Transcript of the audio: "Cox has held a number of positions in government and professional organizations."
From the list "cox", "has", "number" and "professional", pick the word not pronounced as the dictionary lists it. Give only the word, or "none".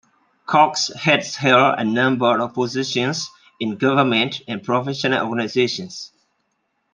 has